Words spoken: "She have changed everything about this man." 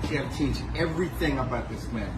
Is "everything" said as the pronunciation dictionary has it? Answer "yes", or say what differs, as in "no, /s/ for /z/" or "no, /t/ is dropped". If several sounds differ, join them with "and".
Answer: yes